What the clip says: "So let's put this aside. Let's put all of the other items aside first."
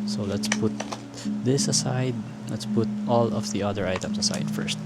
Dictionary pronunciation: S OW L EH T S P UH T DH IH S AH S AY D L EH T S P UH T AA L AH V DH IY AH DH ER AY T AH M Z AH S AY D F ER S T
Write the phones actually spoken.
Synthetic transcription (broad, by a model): S OW L EH T S P UH T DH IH S AH S AY D L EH T S P UH T AA L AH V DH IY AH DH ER AY T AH M S AH S AY D F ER S T